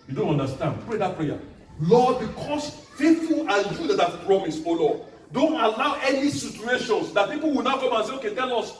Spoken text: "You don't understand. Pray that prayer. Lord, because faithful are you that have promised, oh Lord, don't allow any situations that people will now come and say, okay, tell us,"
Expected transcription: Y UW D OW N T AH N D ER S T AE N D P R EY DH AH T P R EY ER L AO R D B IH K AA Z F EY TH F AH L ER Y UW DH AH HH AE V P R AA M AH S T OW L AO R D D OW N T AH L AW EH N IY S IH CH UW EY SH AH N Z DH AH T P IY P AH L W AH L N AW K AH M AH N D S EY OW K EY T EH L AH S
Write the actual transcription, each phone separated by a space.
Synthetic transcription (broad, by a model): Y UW D OW N T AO N D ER S T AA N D P R EY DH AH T P R EY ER L AO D B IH K AA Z F EY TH F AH L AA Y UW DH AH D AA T P R AA M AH S OW L AO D D OW N T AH L AW EH N IY S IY CH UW EY SH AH N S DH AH T P IY P AH L W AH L N AW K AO M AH N S EY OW K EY T EH L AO S